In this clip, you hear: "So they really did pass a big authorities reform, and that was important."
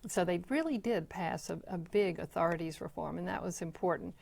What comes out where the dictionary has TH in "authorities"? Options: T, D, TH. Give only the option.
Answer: TH